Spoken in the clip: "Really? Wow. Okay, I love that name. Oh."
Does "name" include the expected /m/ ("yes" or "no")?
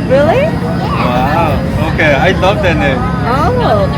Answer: no